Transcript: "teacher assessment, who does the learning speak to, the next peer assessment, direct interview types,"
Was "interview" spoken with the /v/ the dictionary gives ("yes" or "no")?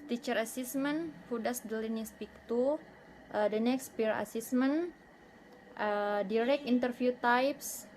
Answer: no